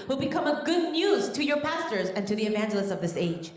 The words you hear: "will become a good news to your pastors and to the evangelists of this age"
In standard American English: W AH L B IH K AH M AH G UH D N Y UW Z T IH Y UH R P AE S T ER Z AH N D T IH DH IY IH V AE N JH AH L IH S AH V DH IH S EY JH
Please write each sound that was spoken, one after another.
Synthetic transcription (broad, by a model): W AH L B IH K AH M AH G UH D N Y UW Z T IH Y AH R P AE S T ER Z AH N T IH DH IY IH V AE N JH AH L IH S AH V DH IH S EY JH